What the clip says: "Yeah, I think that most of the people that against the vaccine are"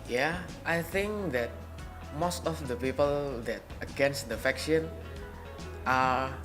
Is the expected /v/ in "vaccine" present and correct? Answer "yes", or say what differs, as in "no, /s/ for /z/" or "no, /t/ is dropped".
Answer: no, /f/ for /v/